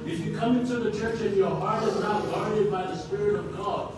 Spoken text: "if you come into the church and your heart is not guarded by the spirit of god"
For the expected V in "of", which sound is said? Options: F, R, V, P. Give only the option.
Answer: V